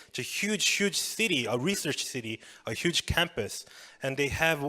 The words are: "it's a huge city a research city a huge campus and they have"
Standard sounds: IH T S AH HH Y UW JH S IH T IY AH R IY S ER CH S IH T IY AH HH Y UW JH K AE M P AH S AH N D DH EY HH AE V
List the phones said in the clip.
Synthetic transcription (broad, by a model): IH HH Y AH HH Y UW JH S IH T IY AH R IY S ER CH S IH T IY AH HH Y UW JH K AE M P AH S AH N DH EY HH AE V